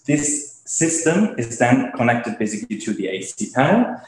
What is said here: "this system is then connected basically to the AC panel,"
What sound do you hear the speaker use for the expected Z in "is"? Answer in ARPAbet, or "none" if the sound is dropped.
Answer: Z